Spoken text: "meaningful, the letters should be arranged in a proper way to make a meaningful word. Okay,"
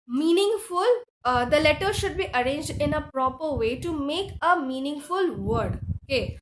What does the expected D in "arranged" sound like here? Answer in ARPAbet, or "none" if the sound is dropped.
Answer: D